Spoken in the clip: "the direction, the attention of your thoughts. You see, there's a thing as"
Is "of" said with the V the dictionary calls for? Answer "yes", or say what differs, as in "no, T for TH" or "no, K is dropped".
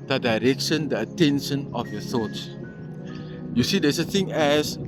no, F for V